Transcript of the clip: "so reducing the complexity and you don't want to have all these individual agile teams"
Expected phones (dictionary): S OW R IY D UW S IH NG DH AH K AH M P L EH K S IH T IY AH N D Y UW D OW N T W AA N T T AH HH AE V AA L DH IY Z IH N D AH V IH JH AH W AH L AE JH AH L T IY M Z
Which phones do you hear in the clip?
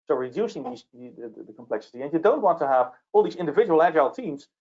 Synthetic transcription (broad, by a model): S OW R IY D UW S IH NG DH AH K AH M P L EH K S IH T IY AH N Y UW D OW N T W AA N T T AH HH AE V AA L DH IY Z IH N D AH V IH JH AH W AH L AE JH AH L T IY M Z